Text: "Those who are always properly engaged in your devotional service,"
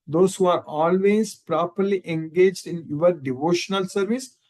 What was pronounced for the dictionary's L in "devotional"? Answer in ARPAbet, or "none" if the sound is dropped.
L